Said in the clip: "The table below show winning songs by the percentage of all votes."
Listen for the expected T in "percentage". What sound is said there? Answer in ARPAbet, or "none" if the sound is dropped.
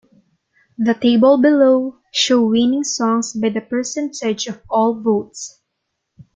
S